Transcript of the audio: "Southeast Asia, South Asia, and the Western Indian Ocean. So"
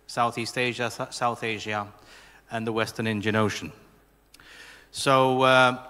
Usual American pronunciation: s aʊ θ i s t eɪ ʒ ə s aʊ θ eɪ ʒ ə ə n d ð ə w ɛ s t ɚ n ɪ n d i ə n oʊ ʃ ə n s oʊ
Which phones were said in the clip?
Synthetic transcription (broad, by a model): s aʊ θ i s t eɪ ʒ ə s aʊ θ eɪ ʒ ə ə n ð ə w ɛ s t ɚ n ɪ n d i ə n oʊ ʃ ə n s oʊ